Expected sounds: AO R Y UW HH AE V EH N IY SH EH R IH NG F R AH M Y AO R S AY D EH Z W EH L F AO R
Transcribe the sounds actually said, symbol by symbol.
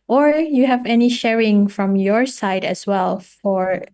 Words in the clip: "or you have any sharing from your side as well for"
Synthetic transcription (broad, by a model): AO R Y UW HH AE V EH N IY SH EH R IH NG F R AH M Y AO R S AY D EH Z W EH L F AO R